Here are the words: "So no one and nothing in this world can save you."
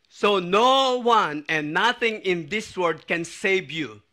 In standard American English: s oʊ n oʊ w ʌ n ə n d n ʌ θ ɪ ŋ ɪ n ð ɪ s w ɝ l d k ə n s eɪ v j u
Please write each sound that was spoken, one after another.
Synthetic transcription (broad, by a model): s oʊ n oʊ w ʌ n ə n n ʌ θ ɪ ŋ ɪ n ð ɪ s w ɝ d k ə n s eɪ v j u